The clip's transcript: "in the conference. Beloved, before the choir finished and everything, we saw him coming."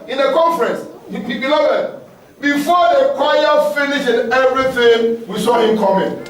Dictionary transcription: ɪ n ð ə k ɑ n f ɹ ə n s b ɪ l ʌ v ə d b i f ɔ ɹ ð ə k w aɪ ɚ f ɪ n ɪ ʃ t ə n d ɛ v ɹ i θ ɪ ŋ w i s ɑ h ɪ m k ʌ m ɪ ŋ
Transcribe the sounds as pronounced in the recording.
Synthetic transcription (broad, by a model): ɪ n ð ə k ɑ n f ɹ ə n s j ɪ n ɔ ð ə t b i f ɔ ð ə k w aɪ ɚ f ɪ n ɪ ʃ ə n ɛ v ɹ i θ ɪ ŋ w i s ɑ h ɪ m k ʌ m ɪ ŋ